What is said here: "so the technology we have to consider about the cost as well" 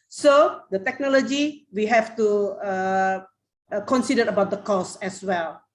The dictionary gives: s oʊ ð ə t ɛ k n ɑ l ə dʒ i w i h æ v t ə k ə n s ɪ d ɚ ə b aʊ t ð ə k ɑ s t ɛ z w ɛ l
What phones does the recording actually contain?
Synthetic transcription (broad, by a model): s oʊ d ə t ɛ k n ɑ l ə dʒ i w i h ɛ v t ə k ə n s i d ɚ ə b aʊ t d ə k ɑ s ɛ s w ɛ l